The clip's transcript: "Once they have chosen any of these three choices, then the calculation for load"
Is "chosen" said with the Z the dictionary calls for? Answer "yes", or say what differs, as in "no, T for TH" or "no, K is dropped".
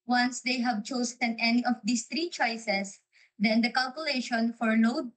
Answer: no, S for Z